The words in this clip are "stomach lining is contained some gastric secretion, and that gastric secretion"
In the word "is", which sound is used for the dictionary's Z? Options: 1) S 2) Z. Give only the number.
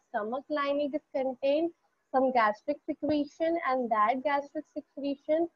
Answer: 1